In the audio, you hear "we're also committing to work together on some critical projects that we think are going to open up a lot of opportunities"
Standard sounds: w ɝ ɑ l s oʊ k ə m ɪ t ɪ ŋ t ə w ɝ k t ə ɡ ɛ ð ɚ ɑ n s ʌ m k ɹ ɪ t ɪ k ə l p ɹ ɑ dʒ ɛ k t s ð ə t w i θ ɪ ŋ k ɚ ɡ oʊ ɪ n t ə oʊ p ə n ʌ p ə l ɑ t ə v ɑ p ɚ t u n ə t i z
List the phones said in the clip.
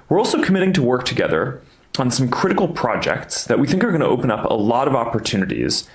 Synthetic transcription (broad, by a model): w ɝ ɑ l s oʊ k ə m ɪ t ɪ ŋ t ə w ɝ k t ə ɡ ɛ ð ɚ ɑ n s ʌ m k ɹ ɪ t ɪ k l p ɹ ɑ dʒ ɛ k t s ð ə t w i θ ɪ ŋ k ɚ ɡ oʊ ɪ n t ə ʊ p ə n ʌ p ə l ɑ t ə v ɑ p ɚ t u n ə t i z